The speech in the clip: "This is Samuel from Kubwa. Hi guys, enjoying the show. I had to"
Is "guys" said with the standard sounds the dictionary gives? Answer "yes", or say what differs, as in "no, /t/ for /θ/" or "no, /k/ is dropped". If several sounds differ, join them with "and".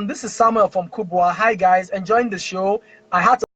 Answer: yes